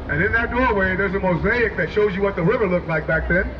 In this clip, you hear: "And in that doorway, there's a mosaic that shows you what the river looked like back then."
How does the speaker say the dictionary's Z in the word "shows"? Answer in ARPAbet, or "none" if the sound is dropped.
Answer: Z